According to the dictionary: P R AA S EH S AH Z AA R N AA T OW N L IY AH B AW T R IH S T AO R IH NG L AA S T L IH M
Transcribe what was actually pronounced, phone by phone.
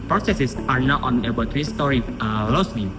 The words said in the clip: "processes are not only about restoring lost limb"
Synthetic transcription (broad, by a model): P R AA S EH S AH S AA R N AA T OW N IY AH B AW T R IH S T AO R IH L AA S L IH